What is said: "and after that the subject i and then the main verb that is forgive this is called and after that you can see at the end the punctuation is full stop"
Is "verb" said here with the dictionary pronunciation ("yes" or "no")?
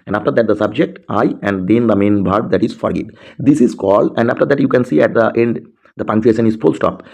no